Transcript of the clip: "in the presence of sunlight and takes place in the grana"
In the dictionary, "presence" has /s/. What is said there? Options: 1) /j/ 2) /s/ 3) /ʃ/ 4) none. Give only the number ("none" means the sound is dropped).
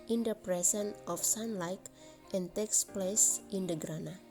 4